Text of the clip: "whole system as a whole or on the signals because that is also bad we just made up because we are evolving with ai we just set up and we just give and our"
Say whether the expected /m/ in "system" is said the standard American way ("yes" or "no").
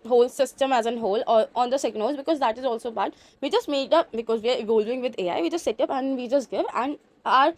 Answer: yes